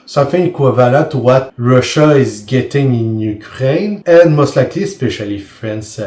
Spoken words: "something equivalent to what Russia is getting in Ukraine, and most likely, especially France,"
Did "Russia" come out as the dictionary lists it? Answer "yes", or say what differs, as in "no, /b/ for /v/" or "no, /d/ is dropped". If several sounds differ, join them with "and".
yes